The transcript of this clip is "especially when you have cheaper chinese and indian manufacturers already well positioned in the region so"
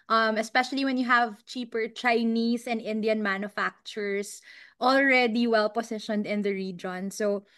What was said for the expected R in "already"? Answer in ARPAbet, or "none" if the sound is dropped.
R